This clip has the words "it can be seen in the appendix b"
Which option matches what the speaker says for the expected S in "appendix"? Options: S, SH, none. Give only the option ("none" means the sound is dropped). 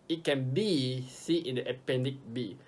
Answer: none